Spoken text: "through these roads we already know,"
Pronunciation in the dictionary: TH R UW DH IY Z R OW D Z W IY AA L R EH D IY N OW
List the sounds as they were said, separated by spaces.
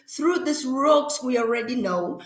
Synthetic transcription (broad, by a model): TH R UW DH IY S R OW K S W IY AA L R EH D IY N OW